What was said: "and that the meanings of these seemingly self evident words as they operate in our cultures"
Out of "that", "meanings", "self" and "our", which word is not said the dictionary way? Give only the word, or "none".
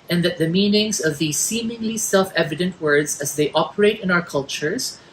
none